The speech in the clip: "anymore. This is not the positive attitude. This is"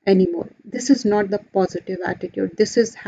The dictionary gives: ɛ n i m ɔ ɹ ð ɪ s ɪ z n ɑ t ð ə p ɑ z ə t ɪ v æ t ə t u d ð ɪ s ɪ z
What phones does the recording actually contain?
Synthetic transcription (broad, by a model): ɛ n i m ɔ ɹ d ɪ s ɪ z n ɑ t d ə p ɑ z ə t ɪ v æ t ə t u d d ɪ s ɪ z